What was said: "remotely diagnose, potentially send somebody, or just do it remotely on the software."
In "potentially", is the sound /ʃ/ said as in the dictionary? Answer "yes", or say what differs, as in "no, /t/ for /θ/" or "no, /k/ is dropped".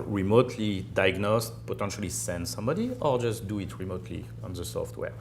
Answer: yes